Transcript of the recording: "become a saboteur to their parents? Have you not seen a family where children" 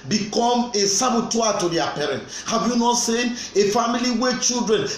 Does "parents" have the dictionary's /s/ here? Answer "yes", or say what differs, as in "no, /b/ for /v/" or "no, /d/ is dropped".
no, /s/ is dropped